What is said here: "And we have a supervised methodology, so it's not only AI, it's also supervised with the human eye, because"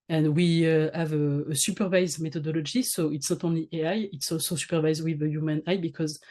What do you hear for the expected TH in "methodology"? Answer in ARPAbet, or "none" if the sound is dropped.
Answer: T